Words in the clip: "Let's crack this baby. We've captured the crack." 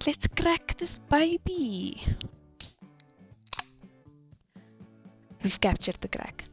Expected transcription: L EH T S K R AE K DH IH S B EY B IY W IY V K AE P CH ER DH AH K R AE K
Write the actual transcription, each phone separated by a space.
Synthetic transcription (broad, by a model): L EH T S K R AE K DH IH S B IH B IY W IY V K AE P CH ER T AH K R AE K